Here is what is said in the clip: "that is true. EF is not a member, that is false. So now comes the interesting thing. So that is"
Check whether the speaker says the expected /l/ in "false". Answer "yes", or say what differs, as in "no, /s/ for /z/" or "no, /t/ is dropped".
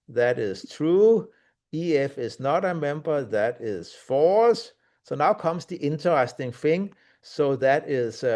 no, /l/ is dropped